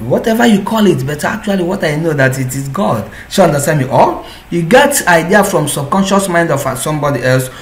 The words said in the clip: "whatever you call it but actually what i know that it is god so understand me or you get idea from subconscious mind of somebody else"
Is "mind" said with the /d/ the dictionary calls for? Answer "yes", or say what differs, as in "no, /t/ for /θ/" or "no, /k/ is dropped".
yes